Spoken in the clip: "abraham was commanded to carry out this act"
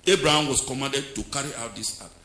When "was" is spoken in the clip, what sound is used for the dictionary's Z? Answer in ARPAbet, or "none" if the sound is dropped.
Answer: S